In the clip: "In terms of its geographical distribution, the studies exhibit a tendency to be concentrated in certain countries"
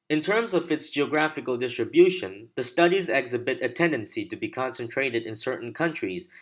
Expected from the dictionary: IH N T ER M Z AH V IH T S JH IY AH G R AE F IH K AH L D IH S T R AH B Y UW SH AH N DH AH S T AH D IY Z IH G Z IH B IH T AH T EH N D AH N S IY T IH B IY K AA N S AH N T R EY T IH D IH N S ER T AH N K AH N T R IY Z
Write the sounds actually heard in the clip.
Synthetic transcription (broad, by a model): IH N T ER M Z AH V IH T S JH IY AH G R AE F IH K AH L D IH S T R AH B Y UW SH AH N DH AH S T AH D IY Z IH G Z IH B IH T AH T EH N D AH N S IY T IH B IY K AA N S AH N T R EY T IH D IH N S ER T N K AH N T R IY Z